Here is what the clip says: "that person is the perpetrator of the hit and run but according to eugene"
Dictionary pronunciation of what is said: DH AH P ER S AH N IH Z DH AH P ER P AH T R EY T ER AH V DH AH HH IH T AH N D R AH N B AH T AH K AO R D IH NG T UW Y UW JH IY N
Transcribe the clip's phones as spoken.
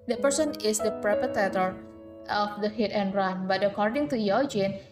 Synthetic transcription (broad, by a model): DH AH P ER S AH N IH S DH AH P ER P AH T EY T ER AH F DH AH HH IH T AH N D R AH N B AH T AH K AO R D IH NG T UW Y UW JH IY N